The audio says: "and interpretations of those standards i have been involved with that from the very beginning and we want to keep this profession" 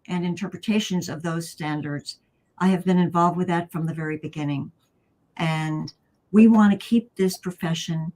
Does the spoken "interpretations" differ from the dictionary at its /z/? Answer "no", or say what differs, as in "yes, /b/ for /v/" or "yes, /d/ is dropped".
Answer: no